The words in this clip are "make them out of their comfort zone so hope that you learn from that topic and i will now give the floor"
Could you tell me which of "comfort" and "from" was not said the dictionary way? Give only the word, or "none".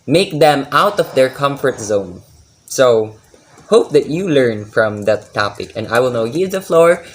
none